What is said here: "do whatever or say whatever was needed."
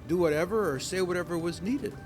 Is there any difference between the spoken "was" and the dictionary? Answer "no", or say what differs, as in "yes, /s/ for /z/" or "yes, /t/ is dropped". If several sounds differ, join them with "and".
no